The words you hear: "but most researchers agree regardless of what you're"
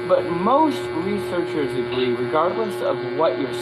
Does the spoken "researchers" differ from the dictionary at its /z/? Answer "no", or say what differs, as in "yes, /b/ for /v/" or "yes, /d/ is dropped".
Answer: no